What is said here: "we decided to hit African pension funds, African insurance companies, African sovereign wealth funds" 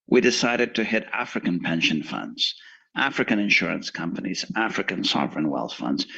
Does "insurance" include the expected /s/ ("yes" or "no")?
yes